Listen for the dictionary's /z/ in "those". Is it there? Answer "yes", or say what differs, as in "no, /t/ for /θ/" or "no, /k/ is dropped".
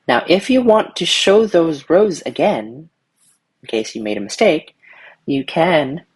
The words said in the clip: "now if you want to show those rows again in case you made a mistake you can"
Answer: yes